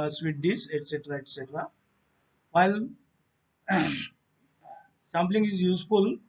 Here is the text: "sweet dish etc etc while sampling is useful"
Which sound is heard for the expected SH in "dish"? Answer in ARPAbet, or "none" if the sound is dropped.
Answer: S